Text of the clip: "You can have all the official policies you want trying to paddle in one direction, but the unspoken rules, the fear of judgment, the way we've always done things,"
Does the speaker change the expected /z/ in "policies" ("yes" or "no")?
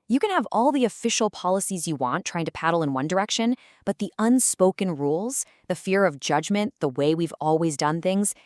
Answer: no